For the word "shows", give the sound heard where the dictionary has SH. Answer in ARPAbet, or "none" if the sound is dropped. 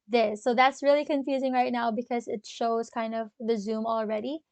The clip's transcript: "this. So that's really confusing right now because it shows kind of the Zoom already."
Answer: SH